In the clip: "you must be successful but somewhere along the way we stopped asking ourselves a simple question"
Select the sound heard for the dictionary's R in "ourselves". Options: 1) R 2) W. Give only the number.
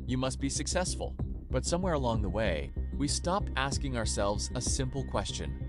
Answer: 1